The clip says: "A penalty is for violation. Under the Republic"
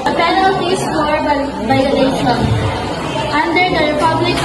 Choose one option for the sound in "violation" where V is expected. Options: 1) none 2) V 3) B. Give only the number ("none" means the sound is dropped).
3